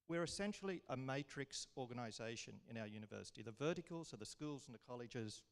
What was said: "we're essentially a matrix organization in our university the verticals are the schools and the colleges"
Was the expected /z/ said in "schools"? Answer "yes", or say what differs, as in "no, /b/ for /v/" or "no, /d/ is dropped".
yes